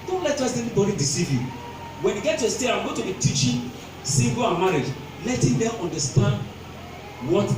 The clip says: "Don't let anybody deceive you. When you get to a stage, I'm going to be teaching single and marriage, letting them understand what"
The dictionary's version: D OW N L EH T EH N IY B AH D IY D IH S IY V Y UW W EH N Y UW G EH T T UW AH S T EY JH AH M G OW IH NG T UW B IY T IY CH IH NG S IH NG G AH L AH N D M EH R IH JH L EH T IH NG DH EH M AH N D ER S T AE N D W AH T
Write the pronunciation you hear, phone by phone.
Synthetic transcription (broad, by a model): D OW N L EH T EH N IY B AH D IY D IH S IY V Y UW W EH N Y UW G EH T T UW AH S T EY AH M G OW T UW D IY T IY CH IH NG S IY G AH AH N M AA R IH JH L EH T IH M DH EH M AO N D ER S T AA N D W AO T